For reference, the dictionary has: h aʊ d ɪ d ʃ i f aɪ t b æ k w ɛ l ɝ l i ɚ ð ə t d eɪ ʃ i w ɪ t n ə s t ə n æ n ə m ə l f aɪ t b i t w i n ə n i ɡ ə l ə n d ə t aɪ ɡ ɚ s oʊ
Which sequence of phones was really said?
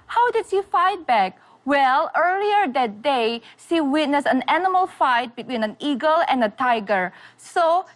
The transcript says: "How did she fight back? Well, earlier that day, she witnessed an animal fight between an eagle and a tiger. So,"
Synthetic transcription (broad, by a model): h aʊ d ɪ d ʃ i f aɪ t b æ k w ɛ l ɝ l i ɚ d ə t d eɪ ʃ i w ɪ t n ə s ə n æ n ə m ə l f aɪ t b i t w i n ə n i ɡ ə l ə n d ə t aɪ ɡ ɚ s oʊ